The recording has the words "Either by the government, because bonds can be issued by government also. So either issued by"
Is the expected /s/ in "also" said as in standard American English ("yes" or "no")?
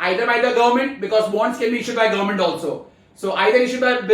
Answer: yes